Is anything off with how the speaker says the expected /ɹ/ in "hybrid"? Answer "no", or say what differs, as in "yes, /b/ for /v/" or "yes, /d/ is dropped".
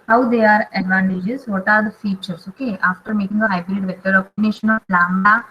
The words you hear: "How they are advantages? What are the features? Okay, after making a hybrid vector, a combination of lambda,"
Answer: no